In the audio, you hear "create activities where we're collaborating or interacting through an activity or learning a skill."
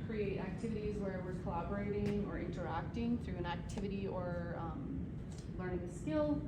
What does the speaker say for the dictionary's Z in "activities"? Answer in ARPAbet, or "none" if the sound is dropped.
Z